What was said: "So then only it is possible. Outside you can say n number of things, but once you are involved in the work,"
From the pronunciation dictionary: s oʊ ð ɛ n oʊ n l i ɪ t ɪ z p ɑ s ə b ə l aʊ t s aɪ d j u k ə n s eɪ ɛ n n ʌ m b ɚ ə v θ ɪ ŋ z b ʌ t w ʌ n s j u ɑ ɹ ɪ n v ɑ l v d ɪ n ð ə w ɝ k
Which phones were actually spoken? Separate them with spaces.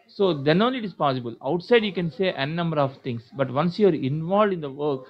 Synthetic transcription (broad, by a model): s oʊ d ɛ n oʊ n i ɪ t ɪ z p ɑ s ə b ə l aʊ t s aɪ d j u k ə n s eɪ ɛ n n ʌ m b ɚ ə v t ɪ ŋ s b ʌ t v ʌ n s j u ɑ ɹ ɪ n v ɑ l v d ɪ n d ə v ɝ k